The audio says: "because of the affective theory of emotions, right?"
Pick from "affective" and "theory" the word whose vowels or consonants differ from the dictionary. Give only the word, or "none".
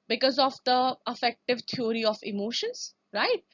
theory